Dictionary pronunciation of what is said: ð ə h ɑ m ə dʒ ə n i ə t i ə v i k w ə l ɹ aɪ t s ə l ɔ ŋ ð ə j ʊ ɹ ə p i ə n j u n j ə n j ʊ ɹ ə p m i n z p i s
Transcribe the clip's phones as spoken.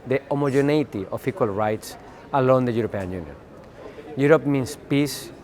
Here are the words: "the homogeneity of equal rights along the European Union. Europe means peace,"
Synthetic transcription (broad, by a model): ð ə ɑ m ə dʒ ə n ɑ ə t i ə f i k w ə l ɹ aɪ t s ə l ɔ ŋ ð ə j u ɹ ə p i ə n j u n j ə n j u ɹ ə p m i n s p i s